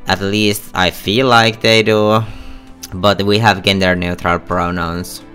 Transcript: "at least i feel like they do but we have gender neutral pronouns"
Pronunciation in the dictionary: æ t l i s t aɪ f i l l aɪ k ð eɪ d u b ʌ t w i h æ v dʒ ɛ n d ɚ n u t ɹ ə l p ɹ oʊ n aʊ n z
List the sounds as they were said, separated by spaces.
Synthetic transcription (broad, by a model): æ t l i s t aɪ f i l l aɪ k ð eɪ d u b ʌ t w i h æ v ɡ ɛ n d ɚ n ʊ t ɹ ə l p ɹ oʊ n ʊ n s